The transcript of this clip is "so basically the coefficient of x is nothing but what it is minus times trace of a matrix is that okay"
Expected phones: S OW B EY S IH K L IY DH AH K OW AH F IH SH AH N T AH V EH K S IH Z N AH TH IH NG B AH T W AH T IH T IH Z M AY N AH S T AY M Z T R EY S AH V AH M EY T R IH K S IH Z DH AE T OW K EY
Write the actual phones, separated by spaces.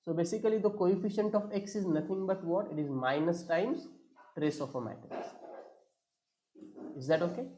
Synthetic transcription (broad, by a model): S OW B EY S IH K L IY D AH K OW AH F IH SH AH N T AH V EH K S IH Z N AH T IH NG B AH T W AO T IH T IH Z M AY N AH S T AY M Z T R EY S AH F AH M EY T IH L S IH Z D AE T OW K EY